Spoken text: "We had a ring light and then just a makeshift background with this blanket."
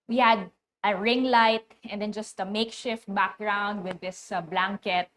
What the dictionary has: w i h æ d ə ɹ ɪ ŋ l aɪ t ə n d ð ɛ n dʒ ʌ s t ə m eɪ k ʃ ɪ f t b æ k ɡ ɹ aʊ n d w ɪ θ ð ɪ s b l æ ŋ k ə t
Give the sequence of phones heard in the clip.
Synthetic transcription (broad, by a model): w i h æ d ə ɹ ɪ ŋ l aɪ t ə n d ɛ n dʒ ʌ s t ə m eɪ k ʃ ɪ f t b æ k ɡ ɹ aʊ n d w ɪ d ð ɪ s b l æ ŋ k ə t